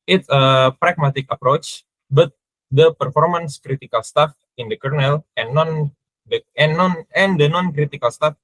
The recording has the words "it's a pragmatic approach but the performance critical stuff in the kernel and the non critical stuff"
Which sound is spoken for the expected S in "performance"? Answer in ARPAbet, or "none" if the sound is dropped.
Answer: S